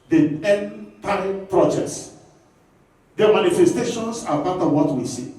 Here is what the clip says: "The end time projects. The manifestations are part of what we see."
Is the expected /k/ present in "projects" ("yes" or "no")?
no